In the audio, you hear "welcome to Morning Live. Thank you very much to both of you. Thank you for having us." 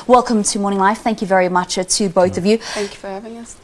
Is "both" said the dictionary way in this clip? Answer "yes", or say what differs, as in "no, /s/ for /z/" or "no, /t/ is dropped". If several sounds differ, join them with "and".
yes